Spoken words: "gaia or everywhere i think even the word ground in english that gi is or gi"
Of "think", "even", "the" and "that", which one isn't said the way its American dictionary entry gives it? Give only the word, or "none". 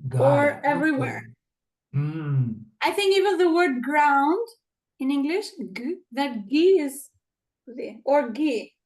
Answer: none